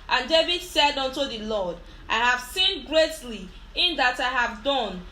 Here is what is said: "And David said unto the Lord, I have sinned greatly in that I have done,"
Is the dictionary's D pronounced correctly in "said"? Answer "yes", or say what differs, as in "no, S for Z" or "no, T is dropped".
yes